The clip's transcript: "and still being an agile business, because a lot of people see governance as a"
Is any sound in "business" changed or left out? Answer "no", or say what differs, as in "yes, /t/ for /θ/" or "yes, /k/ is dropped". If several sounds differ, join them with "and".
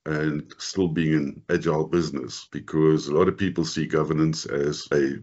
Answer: no